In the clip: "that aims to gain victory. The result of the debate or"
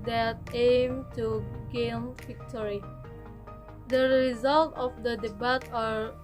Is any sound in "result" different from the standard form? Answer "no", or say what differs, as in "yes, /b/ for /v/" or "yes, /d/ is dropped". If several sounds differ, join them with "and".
no